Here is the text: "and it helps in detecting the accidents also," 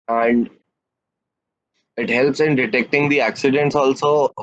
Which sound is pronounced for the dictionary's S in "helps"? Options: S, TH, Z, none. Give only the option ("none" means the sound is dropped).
S